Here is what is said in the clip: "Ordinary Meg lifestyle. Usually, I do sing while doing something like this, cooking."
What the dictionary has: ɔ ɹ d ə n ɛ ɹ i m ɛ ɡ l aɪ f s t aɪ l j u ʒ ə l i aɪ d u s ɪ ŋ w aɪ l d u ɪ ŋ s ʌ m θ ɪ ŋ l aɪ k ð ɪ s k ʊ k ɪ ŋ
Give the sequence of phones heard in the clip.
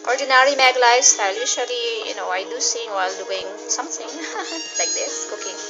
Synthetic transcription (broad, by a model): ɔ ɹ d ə n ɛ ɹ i m ɛ ɡ l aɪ s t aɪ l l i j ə n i aɪ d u s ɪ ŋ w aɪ l d u ɪ ŋ s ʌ m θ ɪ ŋ l aɪ k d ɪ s k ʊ k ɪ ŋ